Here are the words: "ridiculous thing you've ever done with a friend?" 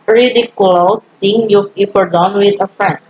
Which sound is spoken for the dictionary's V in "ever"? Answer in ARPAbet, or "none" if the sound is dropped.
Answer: P